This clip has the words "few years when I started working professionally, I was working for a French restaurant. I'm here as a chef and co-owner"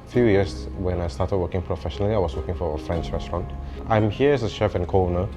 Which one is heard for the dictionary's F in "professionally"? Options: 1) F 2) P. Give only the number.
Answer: 1